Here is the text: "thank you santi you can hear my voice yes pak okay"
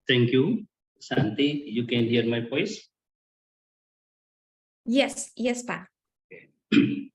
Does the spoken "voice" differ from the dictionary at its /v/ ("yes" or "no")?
yes